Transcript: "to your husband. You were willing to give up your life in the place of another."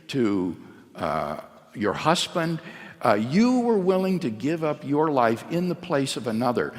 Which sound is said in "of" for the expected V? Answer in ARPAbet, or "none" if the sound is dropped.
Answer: V